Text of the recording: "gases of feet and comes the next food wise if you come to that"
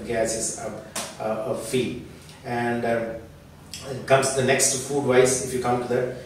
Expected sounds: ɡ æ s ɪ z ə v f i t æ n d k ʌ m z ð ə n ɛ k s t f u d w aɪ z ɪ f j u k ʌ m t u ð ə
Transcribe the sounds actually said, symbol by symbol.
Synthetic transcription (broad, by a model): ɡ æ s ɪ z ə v f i æ n d k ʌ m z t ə n ɛ k s t f u d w aɪ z ɪ f j u k ʌ m t u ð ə